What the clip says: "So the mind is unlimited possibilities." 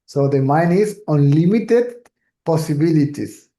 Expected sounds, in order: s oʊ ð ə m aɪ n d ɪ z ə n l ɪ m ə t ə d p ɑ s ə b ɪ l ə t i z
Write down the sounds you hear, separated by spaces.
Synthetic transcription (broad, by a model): s oʊ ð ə m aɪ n ɪ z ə n l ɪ m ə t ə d p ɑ s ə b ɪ l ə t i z